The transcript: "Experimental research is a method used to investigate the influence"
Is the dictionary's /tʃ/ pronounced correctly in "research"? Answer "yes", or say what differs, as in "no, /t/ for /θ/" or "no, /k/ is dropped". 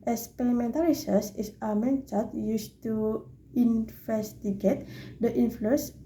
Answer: no, /s/ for /tʃ/